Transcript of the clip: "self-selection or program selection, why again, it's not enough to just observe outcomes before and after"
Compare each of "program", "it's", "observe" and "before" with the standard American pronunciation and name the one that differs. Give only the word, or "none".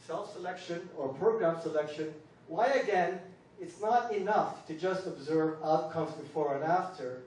none